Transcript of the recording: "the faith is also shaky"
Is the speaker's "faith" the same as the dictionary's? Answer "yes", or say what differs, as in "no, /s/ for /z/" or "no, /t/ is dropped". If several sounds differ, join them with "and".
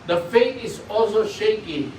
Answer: no, /t/ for /θ/